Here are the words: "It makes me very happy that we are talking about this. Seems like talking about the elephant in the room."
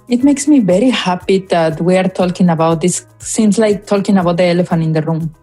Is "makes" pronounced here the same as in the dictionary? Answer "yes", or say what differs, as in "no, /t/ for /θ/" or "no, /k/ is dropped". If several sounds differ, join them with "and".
yes